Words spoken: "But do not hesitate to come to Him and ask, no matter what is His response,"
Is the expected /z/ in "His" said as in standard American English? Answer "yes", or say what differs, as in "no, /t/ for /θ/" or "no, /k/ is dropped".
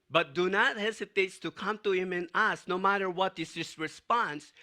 no, /s/ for /z/